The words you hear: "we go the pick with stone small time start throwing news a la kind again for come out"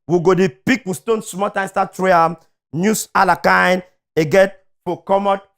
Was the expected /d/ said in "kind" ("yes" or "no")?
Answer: no